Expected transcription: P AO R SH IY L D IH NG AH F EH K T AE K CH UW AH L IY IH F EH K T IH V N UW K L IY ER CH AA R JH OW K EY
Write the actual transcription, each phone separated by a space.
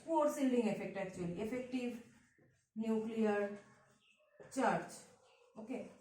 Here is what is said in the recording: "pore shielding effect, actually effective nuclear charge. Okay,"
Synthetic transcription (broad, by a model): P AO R S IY L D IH NG AH F EH K T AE K CH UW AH L IY IH F EH K T IH V N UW K L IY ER CH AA R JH OW K EY